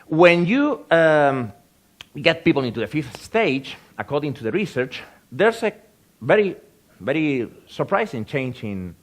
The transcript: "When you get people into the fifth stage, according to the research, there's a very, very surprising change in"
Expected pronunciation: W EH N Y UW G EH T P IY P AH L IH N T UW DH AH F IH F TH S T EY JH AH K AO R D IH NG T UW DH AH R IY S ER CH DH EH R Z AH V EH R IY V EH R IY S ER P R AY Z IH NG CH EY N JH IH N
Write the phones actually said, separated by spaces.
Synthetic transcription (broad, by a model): W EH N Y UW G EH T P IY P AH L IH N T UW DH AH F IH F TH S T EY JH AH K AO R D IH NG T UW DH AH R IY S ER CH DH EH R S AH V EH R IY V EH R IY S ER P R AY S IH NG CH EY N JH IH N